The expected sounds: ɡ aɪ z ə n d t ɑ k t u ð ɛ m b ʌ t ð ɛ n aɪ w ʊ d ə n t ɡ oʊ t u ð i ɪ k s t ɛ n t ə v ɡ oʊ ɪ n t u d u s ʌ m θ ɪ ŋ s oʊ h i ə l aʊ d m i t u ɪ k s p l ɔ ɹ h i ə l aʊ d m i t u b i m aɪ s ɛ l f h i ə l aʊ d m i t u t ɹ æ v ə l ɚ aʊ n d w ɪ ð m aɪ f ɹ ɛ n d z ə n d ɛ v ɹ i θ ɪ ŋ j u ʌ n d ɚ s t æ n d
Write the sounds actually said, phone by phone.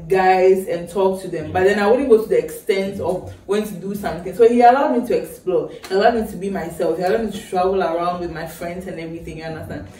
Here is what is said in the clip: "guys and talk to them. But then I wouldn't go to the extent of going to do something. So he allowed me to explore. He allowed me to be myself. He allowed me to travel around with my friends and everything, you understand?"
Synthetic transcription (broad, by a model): ɡ aɪ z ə n t ɑ k t u ð ɛ m b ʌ t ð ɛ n aɪ w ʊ d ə n ɡ oʊ t u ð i ɪ k s t ɛ n t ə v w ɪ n t u d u s ʌ m θ ɪ ŋ s oʊ h i ə l aʊ d m i t u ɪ k s p l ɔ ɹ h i ə l aʊ d m i t u b i m aɪ s ɛ l f h i ə l aʊ d m i t u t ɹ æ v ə l ɚ aʊ n d w ɪ ð m aɪ f ɹ ɛ n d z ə n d ɛ v ɹ i θ ɪ ŋ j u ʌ n d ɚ s t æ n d